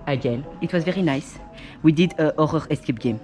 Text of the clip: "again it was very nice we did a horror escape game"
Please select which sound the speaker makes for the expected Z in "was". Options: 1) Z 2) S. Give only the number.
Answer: 1